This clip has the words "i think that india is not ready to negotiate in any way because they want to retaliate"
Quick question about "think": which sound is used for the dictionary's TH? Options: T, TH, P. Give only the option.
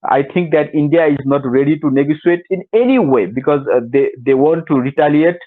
T